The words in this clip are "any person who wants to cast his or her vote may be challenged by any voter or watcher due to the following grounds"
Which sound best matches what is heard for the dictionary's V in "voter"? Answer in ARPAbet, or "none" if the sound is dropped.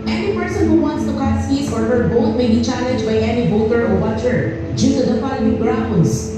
B